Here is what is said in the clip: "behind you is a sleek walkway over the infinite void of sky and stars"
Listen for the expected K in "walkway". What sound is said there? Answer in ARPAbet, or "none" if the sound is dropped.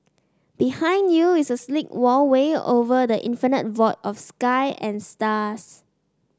none